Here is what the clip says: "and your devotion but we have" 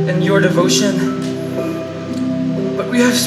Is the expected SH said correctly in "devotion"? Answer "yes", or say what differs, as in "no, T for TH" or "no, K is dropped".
yes